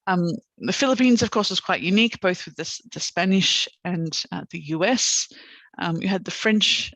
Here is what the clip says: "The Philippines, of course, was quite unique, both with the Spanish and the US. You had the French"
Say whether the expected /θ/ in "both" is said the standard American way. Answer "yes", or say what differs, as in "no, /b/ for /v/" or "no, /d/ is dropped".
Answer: yes